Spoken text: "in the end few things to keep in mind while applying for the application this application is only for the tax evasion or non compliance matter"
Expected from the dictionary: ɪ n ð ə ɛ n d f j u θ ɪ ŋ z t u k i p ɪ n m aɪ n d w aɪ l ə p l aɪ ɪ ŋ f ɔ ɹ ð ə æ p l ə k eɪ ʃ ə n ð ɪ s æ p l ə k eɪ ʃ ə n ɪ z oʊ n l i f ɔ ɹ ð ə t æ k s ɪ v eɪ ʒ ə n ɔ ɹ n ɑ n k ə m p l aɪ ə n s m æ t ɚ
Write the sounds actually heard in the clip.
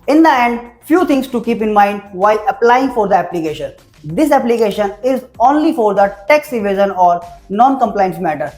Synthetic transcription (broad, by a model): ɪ n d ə ɛ n d f j u t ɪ ŋ s t u k i p ɪ n m aɪ n d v aɪ l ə p l aɪ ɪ ŋ f ɔ ɹ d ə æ p l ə k eɪ ʃ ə n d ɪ s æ p l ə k eɪ ʃ ə n ɪ z oʊ n l i f ɔ ɹ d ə t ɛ k s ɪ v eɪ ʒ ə n ɔ ɹ n ɑ n k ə m p l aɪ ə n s m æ t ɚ